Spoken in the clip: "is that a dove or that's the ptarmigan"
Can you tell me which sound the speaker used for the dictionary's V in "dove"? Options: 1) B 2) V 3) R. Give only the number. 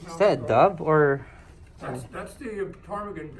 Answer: 1